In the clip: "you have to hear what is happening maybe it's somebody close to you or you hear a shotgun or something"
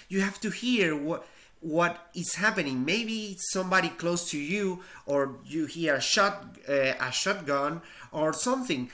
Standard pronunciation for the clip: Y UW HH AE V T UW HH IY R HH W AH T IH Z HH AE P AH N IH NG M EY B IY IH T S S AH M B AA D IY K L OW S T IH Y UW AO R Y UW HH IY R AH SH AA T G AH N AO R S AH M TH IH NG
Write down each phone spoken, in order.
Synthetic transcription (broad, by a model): Y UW HH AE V T UW HH IY R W W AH T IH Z HH AE P AH N IH NG M EY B IY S S AH M B AA D IY K L OW S T IH Y UW AO R Y UW HH IY R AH SH AA T G AH N AO R S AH M TH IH NG